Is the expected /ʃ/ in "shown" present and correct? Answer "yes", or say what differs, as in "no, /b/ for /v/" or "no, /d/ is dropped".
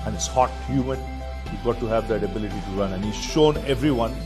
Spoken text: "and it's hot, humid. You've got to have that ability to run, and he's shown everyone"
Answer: yes